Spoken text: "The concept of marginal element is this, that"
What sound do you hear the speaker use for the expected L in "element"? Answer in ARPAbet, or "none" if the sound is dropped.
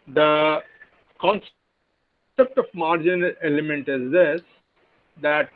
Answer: none